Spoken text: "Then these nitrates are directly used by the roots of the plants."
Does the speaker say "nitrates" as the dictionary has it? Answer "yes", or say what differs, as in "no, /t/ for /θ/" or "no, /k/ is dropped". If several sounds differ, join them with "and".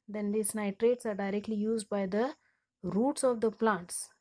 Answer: yes